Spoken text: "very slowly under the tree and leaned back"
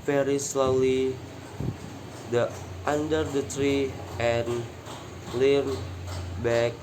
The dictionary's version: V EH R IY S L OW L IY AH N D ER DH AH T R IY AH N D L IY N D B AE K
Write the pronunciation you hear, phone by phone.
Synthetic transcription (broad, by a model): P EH R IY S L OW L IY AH N D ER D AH T R IY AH N L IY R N B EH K